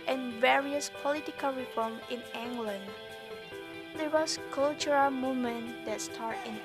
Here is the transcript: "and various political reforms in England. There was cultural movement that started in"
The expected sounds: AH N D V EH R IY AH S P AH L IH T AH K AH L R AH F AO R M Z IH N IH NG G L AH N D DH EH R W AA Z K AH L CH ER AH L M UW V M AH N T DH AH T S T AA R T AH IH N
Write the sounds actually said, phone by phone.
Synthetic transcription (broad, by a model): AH N V EH R IY AH S P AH L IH T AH K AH L R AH F AO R M IH N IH NG G L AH N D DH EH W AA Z K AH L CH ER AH L M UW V M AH N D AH T S T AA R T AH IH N